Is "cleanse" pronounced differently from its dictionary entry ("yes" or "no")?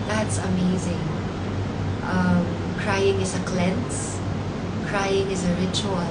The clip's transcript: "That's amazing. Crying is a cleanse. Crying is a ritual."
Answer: yes